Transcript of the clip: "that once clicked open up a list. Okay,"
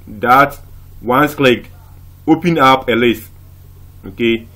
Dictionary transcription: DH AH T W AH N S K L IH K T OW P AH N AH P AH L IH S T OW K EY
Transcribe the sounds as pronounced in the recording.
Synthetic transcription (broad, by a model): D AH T W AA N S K L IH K OW P AH N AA P AH L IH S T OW K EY